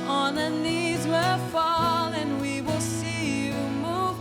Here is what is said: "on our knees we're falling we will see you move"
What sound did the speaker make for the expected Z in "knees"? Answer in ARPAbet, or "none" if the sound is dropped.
Z